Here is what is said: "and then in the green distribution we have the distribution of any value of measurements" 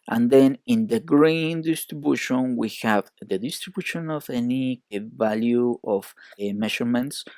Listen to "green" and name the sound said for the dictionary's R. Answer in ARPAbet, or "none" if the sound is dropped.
R